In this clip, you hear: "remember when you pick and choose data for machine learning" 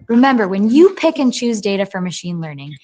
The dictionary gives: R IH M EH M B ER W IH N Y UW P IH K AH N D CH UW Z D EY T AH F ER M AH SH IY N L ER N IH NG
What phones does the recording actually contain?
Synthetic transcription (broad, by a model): R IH M EH M B ER W IH N Y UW P IH K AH N CH UW Z D EY T AH F ER M AH SH IY N L ER N IH NG